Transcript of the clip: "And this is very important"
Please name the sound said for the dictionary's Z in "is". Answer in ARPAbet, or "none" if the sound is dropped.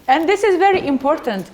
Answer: Z